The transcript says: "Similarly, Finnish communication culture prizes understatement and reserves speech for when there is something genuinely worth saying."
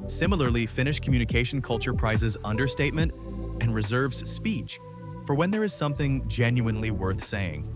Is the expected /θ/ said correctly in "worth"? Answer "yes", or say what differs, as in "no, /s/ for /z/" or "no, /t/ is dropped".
yes